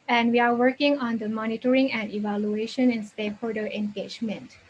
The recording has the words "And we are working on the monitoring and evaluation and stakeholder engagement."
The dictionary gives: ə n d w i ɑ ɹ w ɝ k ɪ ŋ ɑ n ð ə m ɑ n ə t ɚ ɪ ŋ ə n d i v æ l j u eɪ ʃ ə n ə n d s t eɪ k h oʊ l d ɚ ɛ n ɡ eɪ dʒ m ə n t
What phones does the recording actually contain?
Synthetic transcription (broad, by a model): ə n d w i ɑ ɹ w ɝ k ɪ ŋ ɑ n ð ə m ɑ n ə t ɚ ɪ ŋ ə n d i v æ l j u eɪ ʃ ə n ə n s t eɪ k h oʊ d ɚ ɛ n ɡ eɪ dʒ m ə n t